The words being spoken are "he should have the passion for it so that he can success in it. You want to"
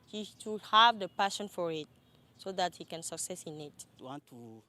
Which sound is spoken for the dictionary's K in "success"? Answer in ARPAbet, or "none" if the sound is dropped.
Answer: K